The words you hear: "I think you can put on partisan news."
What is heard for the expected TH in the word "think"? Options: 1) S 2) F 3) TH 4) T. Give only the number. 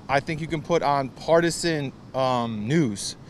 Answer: 3